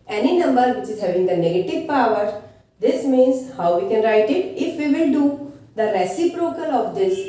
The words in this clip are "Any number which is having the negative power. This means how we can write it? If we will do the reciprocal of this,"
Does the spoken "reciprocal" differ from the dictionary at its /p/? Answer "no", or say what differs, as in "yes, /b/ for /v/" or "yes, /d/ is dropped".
no